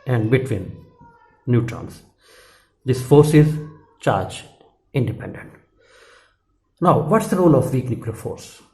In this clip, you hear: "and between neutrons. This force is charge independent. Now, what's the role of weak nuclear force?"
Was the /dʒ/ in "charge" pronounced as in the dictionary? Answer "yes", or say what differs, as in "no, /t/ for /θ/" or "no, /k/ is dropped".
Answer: yes